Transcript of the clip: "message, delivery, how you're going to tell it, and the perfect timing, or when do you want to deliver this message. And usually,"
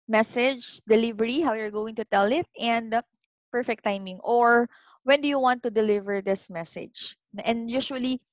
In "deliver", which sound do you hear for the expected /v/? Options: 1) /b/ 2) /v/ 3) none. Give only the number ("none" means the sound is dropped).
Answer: 2